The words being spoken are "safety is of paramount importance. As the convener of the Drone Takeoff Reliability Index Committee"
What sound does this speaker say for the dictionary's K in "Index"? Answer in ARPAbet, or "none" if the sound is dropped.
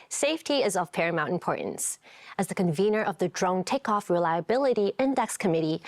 K